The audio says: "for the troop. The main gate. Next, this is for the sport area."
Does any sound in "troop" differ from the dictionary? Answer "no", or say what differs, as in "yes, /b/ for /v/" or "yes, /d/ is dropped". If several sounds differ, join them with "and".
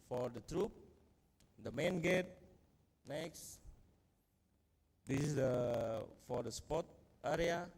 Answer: no